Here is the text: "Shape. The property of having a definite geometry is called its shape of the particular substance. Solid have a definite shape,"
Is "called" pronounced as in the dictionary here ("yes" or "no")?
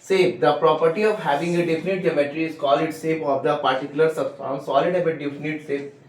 no